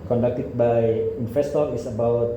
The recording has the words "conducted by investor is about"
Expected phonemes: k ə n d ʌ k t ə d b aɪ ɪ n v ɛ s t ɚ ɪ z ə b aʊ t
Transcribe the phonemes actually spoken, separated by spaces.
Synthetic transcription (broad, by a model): k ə n d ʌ k t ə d b aɪ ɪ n f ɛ s t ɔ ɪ s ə b aʊ t